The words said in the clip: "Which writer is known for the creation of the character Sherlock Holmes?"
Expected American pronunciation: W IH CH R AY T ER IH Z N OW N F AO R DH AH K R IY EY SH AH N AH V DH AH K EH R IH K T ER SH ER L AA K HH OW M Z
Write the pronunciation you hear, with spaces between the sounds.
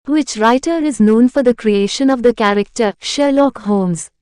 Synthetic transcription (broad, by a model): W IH CH R AY T ER IH Z N OW N F AO R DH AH K R IY EY SH AH N AH V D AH K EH R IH K T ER SH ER L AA K HH OW M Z